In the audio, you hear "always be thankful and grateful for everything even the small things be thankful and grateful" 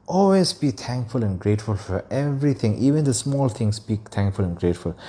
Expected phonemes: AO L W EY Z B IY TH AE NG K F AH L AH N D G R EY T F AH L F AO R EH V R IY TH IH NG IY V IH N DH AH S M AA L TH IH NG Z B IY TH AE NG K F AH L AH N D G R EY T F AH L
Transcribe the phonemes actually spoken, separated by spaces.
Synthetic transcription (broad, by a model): AO L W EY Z B IY T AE NG K F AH L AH N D G R EY T F AH L F AO R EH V R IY T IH NG IY V IH N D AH S M AA L T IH NG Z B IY T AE NG K F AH L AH N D G R EY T F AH L